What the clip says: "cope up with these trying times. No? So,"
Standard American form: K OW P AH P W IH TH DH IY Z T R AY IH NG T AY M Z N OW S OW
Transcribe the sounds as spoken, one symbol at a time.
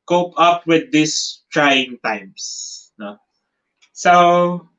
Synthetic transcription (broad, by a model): K OW P AH P W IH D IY S T R AY IH NG T AY M S N OW S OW